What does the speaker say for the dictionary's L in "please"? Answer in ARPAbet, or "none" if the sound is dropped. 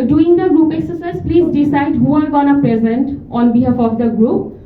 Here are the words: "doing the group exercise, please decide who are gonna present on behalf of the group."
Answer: L